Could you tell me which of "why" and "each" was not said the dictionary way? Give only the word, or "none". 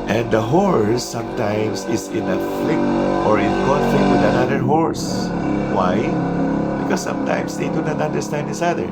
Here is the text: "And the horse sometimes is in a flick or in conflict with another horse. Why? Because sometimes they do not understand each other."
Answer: each